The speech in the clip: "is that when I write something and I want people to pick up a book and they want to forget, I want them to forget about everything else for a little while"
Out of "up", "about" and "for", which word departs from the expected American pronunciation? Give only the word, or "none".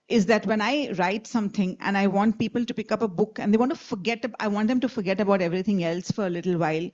none